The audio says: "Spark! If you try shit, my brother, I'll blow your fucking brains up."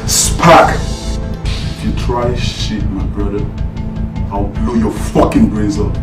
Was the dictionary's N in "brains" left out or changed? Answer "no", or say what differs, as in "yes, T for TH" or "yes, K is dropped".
yes, N is dropped